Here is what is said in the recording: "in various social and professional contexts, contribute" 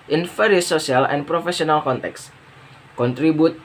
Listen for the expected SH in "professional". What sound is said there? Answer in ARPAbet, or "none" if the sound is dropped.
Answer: S